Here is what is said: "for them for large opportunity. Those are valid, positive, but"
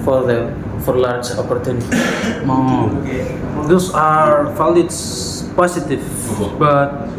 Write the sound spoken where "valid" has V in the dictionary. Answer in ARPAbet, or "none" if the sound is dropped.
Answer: F